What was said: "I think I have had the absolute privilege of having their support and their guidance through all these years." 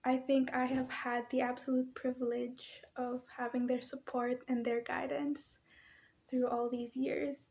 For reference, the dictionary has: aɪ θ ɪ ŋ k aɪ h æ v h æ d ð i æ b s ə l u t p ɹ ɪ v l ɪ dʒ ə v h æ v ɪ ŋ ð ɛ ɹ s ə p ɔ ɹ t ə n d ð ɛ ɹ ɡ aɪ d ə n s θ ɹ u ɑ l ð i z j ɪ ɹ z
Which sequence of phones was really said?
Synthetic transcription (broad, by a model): aɪ θ ɪ ŋ k aɪ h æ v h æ d ð i æ b s ə l u t p ɹ ɪ v l ɪ dʒ ə v h æ v ɪ ŋ ð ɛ ɹ s ə p ɔ ɹ t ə n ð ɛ ɹ ɡ aɪ d ə n s θ ɹ u ɑ l ð i z j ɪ ɹ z